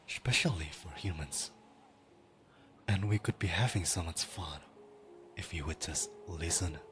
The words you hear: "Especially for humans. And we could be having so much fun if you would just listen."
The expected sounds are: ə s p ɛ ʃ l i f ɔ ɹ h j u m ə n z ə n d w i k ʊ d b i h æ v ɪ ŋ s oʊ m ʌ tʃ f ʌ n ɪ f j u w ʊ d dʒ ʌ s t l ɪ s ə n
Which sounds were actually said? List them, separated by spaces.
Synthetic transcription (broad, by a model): s p ɛ ʃ l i f ɔ ɹ h j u m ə n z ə n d w i k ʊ d b i h æ v ɪ ŋ s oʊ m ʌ s f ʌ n ɪ f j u w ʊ d dʒ ʌ s t l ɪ s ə n